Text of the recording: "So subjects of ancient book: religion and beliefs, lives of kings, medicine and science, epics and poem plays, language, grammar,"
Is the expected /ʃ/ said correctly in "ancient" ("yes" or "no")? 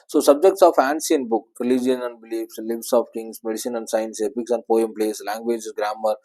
no